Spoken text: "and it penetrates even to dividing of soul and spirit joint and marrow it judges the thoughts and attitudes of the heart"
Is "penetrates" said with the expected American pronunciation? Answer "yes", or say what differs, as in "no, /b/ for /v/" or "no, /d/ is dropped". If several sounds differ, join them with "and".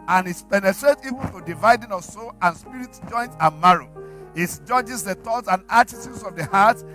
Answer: no, /s/ is dropped